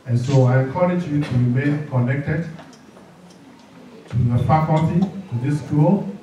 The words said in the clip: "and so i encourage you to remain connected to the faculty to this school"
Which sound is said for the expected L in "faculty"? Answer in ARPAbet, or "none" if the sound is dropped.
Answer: none